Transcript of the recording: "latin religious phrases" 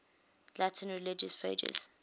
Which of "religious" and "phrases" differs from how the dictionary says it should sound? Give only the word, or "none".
phrases